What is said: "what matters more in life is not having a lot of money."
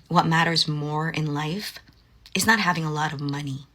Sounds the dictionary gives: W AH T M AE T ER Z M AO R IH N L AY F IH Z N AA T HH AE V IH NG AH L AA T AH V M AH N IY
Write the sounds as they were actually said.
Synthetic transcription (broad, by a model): W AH T M AE T ER Z M AO R IH N L AY F IH Z N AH T HH AE V IH NG AH L AA T AH V M AH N IY